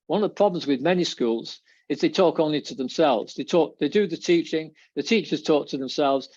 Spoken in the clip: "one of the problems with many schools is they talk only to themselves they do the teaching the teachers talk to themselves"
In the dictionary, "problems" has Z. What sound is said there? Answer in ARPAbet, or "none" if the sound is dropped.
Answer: Z